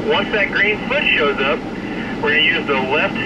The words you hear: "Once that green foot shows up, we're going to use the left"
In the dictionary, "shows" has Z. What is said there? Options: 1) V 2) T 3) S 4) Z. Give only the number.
4